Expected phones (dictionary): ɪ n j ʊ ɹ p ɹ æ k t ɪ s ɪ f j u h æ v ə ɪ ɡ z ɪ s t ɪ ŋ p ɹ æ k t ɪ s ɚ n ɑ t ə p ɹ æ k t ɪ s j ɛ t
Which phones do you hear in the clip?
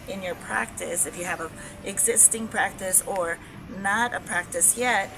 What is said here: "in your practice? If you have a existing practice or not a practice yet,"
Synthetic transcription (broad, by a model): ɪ n j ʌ ɹ p ɹ æ k t ɪ s ɪ f j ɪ v ə ɪ ɡ z ɪ s t ɪ ŋ p ɹ æ k t ɪ s ɚ n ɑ t ə p ɹ æ k t ɪ s j ɛ t